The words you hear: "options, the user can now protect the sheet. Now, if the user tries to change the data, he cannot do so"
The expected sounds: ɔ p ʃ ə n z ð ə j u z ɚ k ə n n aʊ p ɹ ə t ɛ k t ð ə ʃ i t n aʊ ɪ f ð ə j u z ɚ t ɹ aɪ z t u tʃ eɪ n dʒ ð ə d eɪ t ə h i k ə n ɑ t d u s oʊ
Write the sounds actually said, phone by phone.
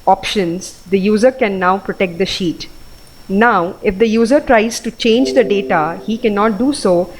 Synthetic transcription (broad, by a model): ɔ p ʃ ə n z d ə j u z ɚ k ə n n aʊ p ɹ ə t ɛ k t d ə ʃ i t n aʊ ɪ f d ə j u z ɚ t ɹ aɪ z t u tʃ eɪ n dʒ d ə d eɪ t ə h i k ə n ɑ t d u s oʊ